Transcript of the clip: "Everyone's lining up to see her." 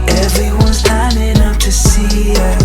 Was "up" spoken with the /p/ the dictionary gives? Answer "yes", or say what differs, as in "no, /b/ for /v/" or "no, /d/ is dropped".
no, /f/ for /p/